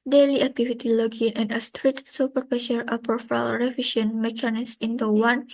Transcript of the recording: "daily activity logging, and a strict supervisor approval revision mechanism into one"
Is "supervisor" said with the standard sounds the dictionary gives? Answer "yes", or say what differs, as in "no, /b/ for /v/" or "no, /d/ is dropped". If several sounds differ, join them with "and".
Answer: no, /p/ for /v/